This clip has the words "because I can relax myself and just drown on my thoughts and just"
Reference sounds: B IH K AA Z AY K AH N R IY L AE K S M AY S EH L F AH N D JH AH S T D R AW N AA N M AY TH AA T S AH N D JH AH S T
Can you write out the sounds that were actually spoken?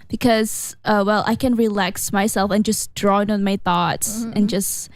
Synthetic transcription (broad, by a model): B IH K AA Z AY K AH N R IY L AE K S M AY S EH L F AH N JH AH S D R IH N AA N M AY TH AA T S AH N JH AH S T